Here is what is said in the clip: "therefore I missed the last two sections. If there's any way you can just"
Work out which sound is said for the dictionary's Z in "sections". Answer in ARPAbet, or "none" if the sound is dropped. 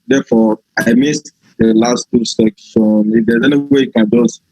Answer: none